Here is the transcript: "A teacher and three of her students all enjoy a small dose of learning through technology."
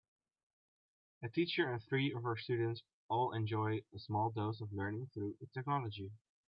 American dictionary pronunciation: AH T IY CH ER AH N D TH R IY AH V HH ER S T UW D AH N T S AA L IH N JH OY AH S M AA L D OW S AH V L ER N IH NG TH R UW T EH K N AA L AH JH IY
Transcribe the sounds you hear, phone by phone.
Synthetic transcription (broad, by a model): AH T IY CH ER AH N TH R IY AH V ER S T UW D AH N T S AA L IH N JH OY AH S M AA L D OW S AH V L ER N IH NG TH R UW T EH K N AA L AH JH IY